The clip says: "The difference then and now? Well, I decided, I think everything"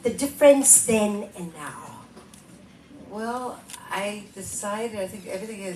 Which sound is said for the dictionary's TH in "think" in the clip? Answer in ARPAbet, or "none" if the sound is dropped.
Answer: TH